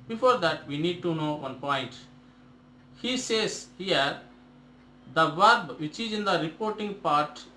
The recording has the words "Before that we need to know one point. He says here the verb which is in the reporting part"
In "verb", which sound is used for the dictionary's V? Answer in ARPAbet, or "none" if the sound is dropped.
V